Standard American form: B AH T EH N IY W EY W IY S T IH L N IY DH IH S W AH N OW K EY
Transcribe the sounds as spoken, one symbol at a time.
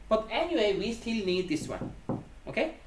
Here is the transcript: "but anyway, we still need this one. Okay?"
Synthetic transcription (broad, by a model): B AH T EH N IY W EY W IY S T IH L N IY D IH S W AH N OW K EY